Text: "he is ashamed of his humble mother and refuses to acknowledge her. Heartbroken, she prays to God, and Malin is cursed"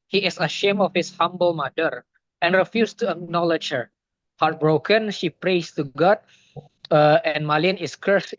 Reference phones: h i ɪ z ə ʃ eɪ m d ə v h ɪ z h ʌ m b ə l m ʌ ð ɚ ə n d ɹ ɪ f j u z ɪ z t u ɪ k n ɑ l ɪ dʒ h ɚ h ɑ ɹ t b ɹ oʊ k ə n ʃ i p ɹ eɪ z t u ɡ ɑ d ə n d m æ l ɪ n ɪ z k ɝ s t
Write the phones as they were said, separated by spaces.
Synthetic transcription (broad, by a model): h i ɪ s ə ʃ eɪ m ə f h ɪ s h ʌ m b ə l m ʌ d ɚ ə n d ɹ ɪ f j u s t u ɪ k n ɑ l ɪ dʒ h ɚ h ɑ ɹ t b ɹ oʊ k ə n ʃ i p ɹ eɪ s t u ɡ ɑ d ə n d m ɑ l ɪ n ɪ s k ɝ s